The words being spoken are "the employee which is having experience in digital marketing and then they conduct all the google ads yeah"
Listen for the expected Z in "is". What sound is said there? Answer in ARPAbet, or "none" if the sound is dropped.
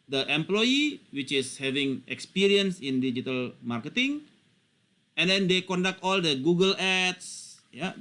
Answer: S